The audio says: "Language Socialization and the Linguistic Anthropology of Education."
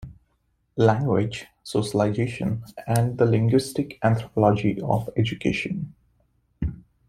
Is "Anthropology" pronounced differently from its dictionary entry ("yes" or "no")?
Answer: yes